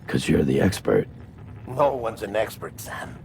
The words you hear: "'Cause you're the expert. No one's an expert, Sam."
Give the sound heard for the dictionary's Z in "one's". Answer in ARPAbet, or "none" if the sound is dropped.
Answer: Z